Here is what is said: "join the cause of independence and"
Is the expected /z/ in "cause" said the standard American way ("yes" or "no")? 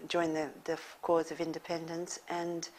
yes